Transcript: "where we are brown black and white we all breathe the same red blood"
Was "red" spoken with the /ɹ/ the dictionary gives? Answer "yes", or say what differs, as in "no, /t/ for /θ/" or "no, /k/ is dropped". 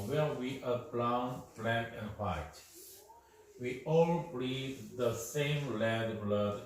no, /l/ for /ɹ/